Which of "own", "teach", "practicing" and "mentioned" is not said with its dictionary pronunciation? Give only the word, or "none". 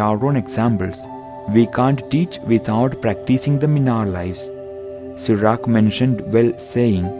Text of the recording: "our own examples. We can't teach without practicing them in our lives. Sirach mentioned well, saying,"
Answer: none